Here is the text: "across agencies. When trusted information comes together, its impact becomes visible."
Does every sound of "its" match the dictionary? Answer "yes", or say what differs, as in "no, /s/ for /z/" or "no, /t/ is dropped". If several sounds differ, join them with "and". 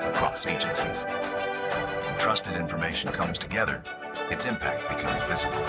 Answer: yes